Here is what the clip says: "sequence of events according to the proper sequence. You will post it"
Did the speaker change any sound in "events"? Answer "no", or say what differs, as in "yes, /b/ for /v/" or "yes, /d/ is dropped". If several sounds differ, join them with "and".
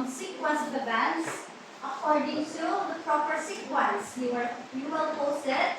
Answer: yes, /b/ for /v/